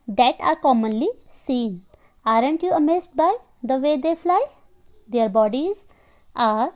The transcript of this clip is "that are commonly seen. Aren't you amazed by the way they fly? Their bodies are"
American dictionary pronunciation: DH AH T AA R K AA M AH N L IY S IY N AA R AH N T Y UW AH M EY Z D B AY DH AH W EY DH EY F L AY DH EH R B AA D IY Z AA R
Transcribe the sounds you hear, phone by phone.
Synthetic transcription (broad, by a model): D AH T AA R K AA M AH N L IY S IY N AA R AH N T Y UW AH M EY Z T B AY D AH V EY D EY F L AY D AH R B AA D IY Z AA R